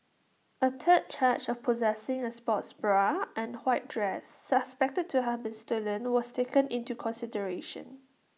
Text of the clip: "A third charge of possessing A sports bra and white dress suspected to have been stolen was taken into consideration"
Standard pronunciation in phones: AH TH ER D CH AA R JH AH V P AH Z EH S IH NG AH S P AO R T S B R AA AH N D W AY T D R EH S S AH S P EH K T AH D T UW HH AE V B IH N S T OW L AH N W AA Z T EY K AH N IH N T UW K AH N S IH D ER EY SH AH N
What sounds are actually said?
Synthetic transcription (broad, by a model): AH T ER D CH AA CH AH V P AH Z EH S IH NG AH S P AO T S B R AA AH N W AY T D R EH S S AH S P EH K T AH D T UW HH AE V B IH N S T OW L AH N W AA S T EY K AH N IH N T UW K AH N S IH D ER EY SH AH N